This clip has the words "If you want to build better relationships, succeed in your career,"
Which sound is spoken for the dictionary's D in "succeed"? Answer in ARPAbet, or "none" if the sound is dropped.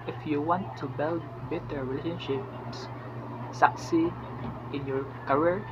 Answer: none